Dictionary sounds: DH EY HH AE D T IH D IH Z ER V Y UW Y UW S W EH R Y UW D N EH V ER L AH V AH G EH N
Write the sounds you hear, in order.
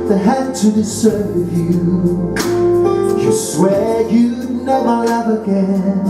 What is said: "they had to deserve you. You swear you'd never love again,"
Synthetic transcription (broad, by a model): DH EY HH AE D T IH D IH S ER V Y UW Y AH S W EH R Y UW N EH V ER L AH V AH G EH N